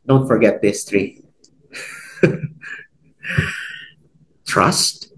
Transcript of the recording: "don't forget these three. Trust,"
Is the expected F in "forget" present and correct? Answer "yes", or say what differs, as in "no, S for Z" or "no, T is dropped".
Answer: yes